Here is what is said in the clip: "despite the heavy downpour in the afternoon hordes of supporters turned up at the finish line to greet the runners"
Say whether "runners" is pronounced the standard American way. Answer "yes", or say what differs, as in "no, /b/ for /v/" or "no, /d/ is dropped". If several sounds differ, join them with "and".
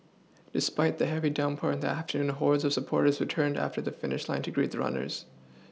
yes